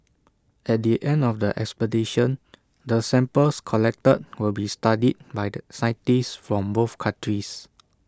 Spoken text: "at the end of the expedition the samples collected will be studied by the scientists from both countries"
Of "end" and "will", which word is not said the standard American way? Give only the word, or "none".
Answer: none